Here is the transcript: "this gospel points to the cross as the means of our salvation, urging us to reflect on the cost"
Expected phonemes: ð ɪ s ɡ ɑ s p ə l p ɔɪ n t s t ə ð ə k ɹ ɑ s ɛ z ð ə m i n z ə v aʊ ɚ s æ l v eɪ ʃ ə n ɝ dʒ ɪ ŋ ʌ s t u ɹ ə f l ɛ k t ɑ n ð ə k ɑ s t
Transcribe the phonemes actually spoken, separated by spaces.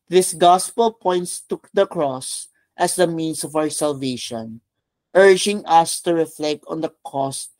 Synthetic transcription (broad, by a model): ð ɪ s ɡ ɑ s p ə l p ɔɪ n t s t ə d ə k ɹ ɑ s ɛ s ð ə m i n s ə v aʊ ɚ s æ l v eɪ ʃ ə n ɝ dʒ ɪ ŋ ʌ s t u ɹ ə f l ɛ k t ɑ n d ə k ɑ s t